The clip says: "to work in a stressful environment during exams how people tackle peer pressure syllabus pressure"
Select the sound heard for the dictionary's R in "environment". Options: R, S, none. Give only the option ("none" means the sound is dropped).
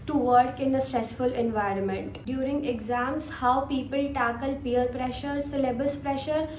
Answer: R